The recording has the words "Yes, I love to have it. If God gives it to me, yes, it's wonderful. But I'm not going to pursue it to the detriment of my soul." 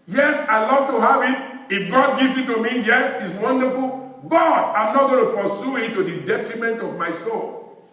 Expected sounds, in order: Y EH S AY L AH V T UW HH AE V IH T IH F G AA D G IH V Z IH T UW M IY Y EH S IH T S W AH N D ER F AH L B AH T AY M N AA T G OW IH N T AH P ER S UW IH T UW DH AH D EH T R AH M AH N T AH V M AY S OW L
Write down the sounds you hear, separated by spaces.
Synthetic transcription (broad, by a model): Y EH S AY L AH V T UW HH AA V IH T IH F G AA D G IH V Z IH T UW M IY Y EH S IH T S W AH N D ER F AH L B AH T AY M N AA T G OW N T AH P ER S UW IH T UW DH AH D EH T R AH M AH N T AH V M AY S OW L